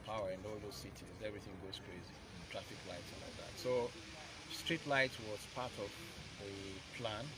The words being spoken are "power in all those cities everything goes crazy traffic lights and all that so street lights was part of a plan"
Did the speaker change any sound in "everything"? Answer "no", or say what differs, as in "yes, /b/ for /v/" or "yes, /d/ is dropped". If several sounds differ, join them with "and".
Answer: no